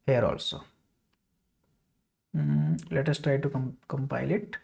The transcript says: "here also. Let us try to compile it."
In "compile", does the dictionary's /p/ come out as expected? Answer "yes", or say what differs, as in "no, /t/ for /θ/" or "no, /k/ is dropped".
yes